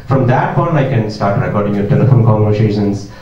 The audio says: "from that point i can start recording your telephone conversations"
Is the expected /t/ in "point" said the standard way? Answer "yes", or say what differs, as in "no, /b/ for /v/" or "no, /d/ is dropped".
no, /t/ is dropped